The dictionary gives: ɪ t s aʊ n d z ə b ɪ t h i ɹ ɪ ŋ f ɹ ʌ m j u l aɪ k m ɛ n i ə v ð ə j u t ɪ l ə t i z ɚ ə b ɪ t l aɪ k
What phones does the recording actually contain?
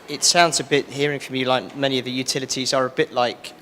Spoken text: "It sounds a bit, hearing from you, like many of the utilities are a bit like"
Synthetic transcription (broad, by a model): ɪ t s aʊ n d z ə b ɪ t h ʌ ɹ ɪ ŋ f ɹ ʌ m j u l aɪ k m ɛ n i ə v ð ə j u t ɪ l ə t i z ɚ ə b ɪ t l aɪ k